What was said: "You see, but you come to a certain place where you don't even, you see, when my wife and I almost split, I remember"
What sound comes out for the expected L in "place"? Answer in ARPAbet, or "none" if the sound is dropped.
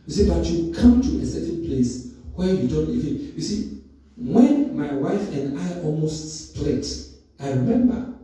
L